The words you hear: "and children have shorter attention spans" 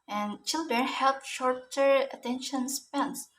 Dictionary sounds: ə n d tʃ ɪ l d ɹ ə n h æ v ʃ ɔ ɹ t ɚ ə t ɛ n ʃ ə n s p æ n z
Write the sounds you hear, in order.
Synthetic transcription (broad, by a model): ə n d tʃ ɪ l d ɹ ə n h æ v ʃ ɔ ɹ t ɚ ə t ɛ n ʃ ə n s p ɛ n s